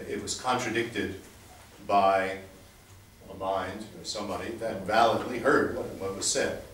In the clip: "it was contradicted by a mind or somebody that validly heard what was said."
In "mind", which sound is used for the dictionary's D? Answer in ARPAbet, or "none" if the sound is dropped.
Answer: D